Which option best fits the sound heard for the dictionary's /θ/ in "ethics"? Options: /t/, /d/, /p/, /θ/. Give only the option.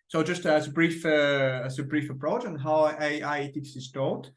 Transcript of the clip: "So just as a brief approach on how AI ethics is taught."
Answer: /t/